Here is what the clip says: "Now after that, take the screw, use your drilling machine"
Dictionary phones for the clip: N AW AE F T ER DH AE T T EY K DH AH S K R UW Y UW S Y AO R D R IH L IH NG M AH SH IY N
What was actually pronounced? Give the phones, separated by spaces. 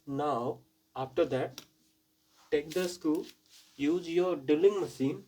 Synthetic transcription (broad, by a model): N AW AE F T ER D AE T T EY K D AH S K UW Y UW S Y AO R D IH L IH NG M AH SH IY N